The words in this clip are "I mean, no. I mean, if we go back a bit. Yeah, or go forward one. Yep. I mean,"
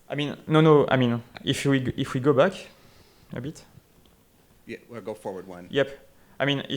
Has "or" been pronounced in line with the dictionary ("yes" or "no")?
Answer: no